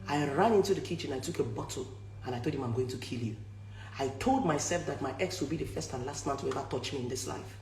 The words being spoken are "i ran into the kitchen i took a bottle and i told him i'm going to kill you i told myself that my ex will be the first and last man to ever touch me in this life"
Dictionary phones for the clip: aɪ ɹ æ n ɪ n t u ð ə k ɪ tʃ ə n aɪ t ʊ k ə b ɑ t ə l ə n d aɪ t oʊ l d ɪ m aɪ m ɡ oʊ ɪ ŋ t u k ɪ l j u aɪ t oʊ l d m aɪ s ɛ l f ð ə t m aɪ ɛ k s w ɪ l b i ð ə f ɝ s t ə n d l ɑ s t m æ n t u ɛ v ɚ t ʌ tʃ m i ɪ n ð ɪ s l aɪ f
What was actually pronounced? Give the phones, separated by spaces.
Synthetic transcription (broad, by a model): aɪ ɹ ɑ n ɪ n t u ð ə k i tʃ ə n aɪ t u k ə b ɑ t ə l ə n aɪ t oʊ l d ɪ m aɪ m ɡ oʊ ɪ ŋ t u k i l j u aɪ t oʊ l d m aɪ s ɛ l f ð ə t m aɪ ɛ k s w ɪ l b i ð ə f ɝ s t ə n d l ɑ s t m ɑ n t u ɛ v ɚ t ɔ tʃ m i ɪ n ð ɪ s l aɪ f